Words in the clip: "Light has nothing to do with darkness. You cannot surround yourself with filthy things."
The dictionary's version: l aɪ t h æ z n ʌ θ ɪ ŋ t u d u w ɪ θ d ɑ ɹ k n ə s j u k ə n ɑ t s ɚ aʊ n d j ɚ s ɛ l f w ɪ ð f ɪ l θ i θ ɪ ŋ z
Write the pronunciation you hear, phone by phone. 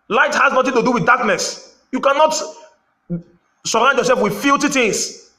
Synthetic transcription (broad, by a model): l aɪ t h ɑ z n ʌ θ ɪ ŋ t u d u w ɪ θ d ɑ k n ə s j u k ə n ɑ t s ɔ aʊ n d j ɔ s ɛ l f w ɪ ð f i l t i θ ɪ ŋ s